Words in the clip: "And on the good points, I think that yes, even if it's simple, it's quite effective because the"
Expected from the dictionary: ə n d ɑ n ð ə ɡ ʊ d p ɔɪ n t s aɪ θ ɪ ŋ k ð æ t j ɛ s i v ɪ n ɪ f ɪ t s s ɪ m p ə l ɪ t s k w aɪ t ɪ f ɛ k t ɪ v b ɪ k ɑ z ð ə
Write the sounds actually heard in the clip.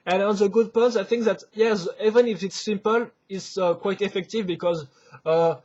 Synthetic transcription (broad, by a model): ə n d ɑ n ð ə ɡ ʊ d p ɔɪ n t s aɪ θ ɪ ŋ k ð æ t j ɛ s i v ɪ n ɪ f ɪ t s s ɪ m p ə l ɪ t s k w aɪ t ɪ f ɛ k t ɪ v b ɪ k ɑ z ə